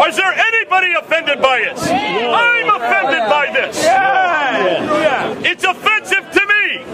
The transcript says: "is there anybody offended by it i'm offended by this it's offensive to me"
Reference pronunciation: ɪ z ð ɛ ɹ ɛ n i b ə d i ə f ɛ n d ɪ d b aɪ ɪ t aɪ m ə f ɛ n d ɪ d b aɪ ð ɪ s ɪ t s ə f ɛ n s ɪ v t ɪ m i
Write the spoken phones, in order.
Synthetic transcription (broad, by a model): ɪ z ð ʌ ɹ ɛ n i b ə d i ə f ɛ n d ɪ d b aɪ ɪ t aɪ m ə f ɛ n d ɪ d b aɪ ð ɪ s ɪ t s ə f ɛ n s ɪ v t ɪ m i